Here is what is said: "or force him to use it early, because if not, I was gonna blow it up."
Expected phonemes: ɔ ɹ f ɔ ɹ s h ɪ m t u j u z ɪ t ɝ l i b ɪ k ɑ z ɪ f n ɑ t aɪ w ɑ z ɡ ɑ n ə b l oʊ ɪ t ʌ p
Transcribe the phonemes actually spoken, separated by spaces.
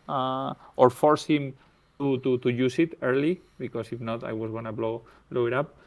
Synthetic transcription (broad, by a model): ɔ ɹ f ɔ ɹ s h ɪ m t u j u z ɪ t ɝ l i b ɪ k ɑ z ɪ f n ɑ t aɪ w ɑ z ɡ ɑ l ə b l oʊ ɪ t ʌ p